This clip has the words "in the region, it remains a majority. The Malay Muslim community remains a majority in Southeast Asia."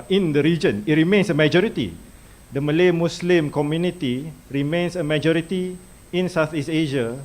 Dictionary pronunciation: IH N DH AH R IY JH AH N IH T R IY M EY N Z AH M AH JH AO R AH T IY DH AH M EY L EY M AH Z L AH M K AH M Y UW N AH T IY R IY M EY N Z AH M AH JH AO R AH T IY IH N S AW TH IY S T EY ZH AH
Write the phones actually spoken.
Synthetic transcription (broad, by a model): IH N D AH R IY JH AH N IH T R IY M EY N S AH M AH JH AO R AH T IY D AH M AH L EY M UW S L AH M K AH M Y UW N AH T IY R IY M EY N S AH M AH JH AO R AH T IY IH N S AW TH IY S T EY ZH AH